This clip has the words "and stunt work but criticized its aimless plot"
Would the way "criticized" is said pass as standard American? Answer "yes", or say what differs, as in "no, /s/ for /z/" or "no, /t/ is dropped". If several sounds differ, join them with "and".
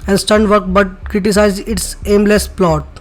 no, /d/ is dropped